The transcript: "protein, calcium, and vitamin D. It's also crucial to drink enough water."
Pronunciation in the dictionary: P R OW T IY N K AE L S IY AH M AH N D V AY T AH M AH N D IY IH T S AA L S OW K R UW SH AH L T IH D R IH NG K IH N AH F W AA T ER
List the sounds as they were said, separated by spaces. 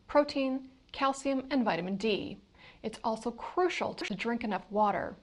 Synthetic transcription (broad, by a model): P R OW T IY N K AE L S IY AH M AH N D V AY T AH M AH N D IY IH T S AA L S OW K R UW SH L T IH D R IH NG K IH N AH F W AA T ER